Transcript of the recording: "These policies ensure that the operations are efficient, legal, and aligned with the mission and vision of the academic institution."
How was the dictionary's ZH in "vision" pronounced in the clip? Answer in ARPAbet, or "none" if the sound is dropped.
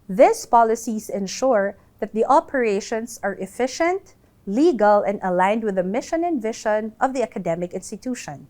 SH